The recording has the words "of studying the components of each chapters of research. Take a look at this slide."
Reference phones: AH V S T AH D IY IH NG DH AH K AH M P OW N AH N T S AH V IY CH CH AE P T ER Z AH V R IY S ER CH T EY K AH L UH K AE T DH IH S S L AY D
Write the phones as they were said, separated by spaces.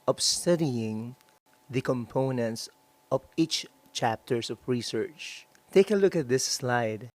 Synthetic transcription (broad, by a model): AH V S T AH D IY IH NG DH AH K AH M P OW N AH N T S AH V IY CH CH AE P T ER S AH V R IY S ER CH T EY K AH L UH K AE T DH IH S S L AY D